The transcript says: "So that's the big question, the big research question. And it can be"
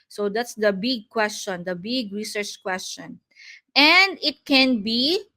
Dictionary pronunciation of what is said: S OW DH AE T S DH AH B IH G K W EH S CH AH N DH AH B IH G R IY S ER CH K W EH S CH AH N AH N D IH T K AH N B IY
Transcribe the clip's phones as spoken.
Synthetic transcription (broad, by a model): S OW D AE T S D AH B IH G K W EH S CH AH N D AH B IH G R IY S ER CH K W EH S CH AH N AH N D IH T K AH N B IY